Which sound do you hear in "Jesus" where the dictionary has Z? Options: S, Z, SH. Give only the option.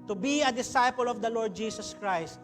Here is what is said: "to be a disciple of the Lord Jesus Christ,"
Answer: S